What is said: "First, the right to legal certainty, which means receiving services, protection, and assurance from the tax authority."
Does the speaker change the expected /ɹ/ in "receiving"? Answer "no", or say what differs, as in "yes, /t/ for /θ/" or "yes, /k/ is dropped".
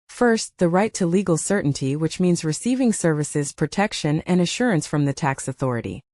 no